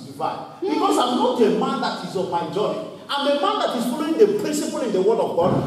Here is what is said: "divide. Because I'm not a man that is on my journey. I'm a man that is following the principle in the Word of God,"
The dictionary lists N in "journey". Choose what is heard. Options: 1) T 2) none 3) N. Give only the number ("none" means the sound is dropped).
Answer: 2